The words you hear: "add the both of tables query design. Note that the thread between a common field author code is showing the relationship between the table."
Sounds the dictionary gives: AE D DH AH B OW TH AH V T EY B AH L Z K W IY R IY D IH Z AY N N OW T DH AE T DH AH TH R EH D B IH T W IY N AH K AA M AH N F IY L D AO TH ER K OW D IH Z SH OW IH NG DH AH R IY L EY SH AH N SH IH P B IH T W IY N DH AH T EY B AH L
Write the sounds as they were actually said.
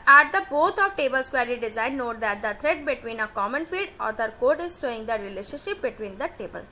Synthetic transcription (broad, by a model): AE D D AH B OW T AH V T EY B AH L S K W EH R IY D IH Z AY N N OW T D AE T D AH T R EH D B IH T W IY N AH K AA M AH N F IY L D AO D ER K OW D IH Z S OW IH NG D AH R IY L EY SH AH N SH IH P B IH T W IY N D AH T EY B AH L